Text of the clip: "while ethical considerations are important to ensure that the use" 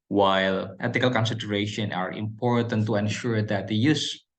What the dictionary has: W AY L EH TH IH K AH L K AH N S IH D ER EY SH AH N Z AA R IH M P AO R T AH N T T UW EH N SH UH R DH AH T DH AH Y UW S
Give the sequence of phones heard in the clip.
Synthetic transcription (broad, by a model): W AY L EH T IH K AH L K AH N S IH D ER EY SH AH N AA R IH M P AO R T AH N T T UW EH N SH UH R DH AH T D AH Y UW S